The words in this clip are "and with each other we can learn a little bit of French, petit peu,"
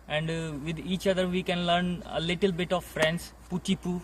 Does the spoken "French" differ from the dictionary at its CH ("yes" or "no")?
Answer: yes